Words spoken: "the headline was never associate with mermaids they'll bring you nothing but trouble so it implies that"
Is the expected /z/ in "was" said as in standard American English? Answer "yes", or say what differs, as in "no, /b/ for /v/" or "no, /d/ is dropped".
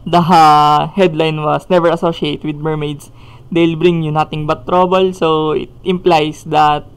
no, /s/ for /z/